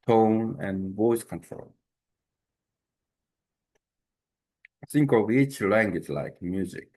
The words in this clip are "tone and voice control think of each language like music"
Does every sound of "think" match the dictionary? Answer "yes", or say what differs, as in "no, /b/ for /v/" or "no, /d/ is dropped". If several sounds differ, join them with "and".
no, /s/ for /θ/